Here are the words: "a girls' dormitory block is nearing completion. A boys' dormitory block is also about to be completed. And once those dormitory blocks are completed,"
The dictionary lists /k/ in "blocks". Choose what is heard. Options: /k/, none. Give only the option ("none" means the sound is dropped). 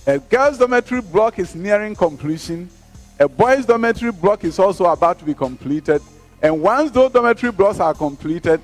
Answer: /k/